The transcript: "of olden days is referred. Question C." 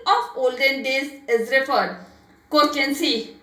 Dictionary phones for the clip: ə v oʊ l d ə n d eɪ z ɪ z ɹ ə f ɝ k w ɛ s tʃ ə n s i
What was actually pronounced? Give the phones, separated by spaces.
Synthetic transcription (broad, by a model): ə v oʊ l d ə n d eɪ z ɪ z ɹ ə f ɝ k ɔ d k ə n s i